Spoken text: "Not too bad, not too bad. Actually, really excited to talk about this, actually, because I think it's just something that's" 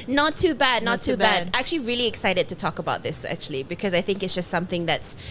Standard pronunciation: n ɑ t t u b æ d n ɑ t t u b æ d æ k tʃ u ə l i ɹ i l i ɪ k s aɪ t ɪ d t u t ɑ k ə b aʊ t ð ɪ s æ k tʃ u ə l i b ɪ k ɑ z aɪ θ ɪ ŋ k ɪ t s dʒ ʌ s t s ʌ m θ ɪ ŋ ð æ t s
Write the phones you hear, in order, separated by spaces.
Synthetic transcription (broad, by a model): n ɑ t t u b æ d n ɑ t t u b æ d æ k tʃ u ə l i ɹ i l i ɪ k s aɪ t ɪ d t u t ɑ k ə b aʊ t ð ɪ s æ k tʃ u ə l i b ɪ k ɑ z aɪ θ ɪ ŋ k ɪ t s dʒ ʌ s t s ʌ m θ ɪ ŋ ð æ t s